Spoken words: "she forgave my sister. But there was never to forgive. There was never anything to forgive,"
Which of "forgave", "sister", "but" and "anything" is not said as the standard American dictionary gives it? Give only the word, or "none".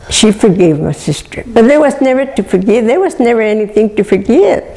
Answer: none